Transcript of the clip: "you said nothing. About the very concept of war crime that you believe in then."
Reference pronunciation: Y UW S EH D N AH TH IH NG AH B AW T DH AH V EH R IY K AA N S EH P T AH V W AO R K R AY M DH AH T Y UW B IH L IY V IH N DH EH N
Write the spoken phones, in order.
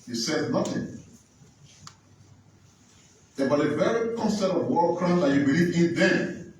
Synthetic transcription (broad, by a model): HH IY S EH D N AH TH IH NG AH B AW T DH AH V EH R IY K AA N S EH T AH V W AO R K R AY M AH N Y UW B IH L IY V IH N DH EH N